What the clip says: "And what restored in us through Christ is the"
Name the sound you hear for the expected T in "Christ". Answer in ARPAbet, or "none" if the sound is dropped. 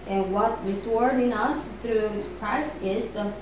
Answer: none